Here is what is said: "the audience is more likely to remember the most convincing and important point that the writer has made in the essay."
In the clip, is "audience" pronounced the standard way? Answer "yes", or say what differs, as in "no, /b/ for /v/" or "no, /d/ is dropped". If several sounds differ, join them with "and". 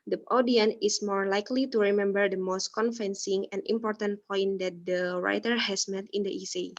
no, /s/ is dropped